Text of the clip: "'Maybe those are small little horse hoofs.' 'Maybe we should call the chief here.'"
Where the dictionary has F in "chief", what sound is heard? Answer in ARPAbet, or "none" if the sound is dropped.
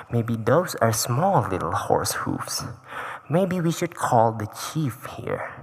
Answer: F